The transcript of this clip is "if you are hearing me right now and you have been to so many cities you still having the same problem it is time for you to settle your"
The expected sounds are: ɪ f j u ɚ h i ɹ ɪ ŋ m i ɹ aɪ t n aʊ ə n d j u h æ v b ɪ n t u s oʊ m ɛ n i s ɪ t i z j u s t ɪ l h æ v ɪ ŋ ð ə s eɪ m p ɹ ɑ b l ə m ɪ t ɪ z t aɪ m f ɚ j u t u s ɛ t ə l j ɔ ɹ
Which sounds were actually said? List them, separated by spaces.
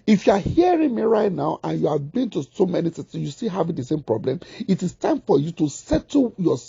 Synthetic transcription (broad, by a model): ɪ f j u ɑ h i ɹ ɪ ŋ m i ɹ aɪ t n aʊ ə n j u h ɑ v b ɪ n t u s oʊ m ɛ n i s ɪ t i s j u s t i h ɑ v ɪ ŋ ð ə s eɪ m p ɹ ɑ b l ə m ɪ t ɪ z t aɪ m f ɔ j u t u s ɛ t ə j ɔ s